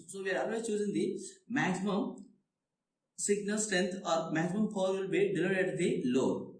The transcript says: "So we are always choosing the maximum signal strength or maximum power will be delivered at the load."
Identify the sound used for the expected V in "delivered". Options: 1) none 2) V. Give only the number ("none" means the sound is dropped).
1